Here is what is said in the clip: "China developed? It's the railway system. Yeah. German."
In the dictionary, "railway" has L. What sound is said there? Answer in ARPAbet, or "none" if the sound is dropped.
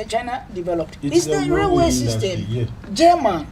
none